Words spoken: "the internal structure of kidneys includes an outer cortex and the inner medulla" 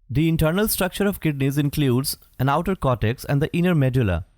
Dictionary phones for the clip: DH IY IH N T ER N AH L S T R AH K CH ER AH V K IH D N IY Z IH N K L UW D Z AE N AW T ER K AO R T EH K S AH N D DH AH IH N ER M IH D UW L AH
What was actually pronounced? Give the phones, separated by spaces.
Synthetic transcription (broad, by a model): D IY IH N T ER N AH L S T R AH K CH ER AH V K IH D N IY Z IH N K L UW D Z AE N AW T ER K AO T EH K S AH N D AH IH N ER M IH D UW L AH